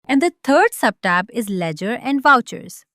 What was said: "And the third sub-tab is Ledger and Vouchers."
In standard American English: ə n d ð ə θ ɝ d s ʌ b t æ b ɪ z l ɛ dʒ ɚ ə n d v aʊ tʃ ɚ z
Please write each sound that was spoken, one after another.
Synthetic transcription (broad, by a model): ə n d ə t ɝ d s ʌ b t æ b ɪ z l ɛ dʒ ɚ ə n d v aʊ tʃ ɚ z